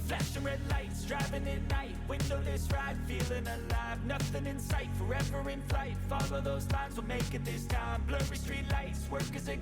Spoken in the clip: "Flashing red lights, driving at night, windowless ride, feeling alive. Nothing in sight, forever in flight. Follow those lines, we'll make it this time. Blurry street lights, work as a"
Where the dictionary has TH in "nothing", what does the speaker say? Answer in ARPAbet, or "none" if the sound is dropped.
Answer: TH